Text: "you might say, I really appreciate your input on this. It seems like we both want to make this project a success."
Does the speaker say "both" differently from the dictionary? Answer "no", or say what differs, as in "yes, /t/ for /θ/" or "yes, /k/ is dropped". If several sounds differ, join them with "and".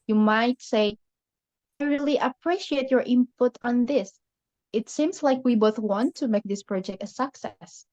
no